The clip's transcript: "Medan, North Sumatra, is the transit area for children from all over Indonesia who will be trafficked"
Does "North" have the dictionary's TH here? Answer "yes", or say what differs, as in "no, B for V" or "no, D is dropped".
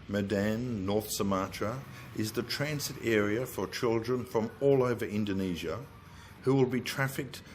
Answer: yes